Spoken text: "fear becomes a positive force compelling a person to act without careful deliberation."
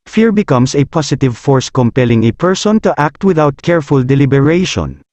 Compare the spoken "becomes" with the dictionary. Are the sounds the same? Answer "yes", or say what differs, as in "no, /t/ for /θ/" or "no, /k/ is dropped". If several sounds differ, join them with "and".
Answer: no, /s/ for /z/